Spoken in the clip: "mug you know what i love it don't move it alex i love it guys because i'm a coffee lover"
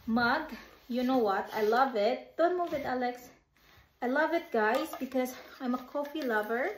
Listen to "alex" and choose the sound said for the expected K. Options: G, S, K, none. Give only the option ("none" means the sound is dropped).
K